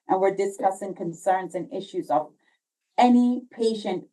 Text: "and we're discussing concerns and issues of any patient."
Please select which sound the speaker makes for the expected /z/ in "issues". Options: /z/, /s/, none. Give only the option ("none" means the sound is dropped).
/z/